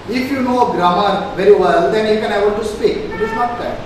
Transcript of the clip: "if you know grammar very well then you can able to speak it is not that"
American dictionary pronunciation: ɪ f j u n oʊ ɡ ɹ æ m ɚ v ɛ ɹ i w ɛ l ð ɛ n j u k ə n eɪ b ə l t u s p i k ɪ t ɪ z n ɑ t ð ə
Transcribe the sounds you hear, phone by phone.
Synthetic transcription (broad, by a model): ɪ f j u n oʊ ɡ ɹ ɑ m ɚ v ɛ ɹ i w ɛ l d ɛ n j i k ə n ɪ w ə n t u s p i k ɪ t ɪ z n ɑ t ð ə